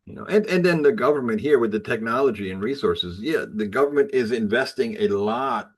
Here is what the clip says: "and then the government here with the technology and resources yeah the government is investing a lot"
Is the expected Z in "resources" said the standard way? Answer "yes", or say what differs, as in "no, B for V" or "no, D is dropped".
yes